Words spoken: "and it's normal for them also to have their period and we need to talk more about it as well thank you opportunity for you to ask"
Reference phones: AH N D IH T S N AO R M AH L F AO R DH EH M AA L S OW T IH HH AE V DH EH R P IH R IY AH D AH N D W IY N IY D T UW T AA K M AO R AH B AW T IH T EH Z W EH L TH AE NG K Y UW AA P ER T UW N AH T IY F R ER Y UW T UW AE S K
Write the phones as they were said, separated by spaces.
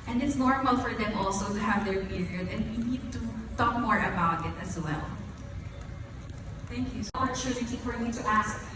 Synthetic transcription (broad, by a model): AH N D IH T S N AO R M AH L F AO R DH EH M AA L S OW T IH HH AE V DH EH R P IH R IY AH D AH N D W IY N IY D T UW T AA K M AO R AH B AW T IH T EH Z W EH L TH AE NG K Y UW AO ER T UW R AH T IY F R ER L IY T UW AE S K